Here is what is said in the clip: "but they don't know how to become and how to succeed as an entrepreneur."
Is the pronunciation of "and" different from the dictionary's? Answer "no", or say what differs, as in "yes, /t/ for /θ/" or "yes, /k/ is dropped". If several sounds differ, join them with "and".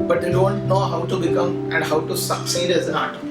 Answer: no